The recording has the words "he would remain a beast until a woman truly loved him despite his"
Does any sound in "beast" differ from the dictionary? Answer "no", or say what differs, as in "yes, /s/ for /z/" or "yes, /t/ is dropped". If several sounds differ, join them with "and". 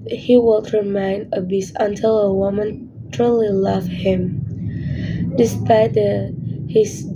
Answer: yes, /t/ is dropped